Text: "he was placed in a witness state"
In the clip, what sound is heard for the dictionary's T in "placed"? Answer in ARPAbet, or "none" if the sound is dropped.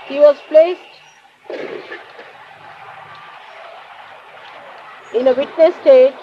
T